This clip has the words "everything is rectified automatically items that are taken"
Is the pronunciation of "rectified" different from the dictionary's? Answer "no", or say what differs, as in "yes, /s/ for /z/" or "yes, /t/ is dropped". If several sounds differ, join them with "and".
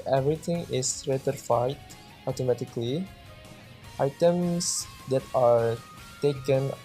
yes, /k/ is dropped